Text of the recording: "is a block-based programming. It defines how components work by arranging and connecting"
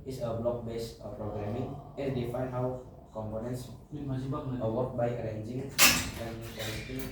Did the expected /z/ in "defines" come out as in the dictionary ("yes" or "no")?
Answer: no